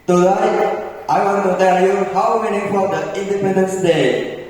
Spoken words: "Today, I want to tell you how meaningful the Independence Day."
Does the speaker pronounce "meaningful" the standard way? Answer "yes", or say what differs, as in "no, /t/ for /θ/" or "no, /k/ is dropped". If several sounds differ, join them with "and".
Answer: no, /ŋ/ is dropped